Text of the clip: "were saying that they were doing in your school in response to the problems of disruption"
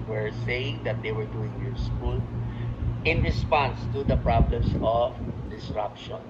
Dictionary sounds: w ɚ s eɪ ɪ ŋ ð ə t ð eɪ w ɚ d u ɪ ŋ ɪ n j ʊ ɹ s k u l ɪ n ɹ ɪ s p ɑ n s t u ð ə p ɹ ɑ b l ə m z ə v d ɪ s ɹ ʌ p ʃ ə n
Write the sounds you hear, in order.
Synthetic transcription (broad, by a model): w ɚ s eɪ ɪ ŋ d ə t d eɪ w ɚ d u ɪ ŋ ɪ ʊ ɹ s k u l ɪ n ɹ ɪ s p ɑ n s t u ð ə p ɹ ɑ b l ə m s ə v d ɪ s ɹ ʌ p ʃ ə n